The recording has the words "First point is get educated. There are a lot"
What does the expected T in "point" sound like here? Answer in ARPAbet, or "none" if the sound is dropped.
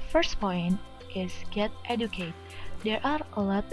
T